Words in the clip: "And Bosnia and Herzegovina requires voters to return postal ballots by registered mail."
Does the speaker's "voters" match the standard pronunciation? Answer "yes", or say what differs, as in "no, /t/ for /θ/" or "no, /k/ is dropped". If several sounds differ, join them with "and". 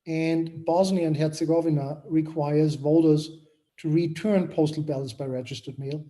yes